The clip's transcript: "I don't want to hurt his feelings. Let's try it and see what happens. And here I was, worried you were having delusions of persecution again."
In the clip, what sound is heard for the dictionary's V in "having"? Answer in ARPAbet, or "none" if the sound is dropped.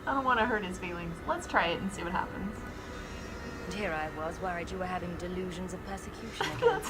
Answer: V